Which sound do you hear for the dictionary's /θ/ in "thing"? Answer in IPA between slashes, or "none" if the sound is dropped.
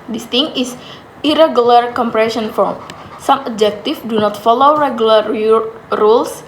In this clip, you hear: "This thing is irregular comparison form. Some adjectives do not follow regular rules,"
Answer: /t/